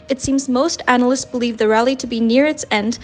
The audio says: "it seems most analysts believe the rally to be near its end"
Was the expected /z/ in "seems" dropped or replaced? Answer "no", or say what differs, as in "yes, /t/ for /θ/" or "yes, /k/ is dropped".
no